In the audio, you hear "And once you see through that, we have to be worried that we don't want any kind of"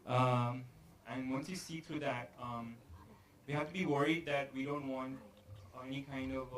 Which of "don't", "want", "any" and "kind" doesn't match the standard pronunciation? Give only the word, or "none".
none